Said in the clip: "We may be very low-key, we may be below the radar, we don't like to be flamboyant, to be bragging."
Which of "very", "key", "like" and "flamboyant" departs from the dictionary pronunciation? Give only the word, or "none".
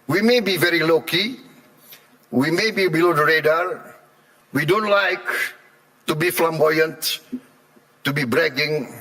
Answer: none